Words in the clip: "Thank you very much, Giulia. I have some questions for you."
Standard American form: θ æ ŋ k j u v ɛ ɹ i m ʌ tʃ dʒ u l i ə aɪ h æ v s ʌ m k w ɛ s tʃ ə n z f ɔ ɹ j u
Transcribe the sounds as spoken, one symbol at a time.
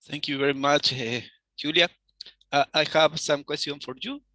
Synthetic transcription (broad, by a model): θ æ ŋ k j u v ɛ ɹ i m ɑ tʃ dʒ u l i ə aɪ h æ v s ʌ m k w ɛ s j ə n f ɔ ɹ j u